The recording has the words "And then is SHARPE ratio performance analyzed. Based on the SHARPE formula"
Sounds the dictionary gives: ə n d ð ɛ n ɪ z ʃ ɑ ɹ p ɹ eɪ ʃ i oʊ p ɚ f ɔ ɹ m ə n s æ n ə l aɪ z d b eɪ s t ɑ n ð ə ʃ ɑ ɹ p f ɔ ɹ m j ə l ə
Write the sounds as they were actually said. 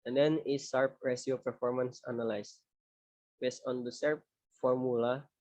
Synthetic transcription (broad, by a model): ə n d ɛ n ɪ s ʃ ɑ ɹ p ɹ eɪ s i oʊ p ɚ f ɔ ɹ m ə n s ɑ n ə l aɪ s b eɪ s t ɑ n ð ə s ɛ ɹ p f ɔ ɹ m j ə l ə